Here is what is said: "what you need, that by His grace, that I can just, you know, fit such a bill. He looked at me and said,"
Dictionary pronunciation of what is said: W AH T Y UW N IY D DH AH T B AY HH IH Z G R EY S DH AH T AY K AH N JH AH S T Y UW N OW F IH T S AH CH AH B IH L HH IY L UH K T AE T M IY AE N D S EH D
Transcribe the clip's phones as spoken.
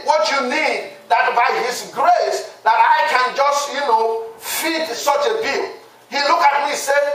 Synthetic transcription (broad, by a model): W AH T Y UW N IY D DH AH T B AY HH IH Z G R EY S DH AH T AY K AH N JH AH S T Y UW N OW F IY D S AH CH AH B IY L HH IY L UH K AA T M IY S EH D